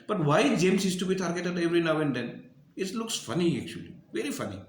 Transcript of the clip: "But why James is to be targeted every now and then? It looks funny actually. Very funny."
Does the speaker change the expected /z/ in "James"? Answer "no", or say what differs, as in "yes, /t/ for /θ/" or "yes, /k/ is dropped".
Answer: yes, /s/ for /z/